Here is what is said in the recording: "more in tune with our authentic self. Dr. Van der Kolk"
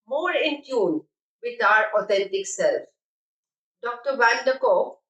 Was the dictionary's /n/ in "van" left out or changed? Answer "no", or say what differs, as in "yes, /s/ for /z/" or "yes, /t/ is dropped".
yes, /l/ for /n/